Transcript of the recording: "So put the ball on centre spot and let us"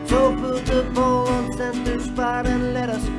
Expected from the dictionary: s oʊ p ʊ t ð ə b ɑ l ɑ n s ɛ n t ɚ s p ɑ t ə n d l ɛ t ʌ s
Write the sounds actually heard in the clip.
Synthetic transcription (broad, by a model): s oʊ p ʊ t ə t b ɑ n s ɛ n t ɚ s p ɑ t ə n l ɛ t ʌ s